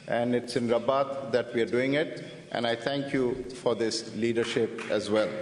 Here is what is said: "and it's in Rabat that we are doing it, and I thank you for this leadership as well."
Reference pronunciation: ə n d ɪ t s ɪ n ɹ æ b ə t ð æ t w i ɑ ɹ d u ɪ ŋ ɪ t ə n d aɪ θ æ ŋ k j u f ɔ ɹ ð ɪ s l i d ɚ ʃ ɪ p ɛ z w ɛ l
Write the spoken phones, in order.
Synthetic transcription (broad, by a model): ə n d ɪ t s ɪ n ɹ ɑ b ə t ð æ t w i ɑ ɹ d u ɪ ŋ ɪ t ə n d aɪ t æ ŋ k j u f ɔ ɹ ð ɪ s l i d ɚ ʃ ɪ p ɛ z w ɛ l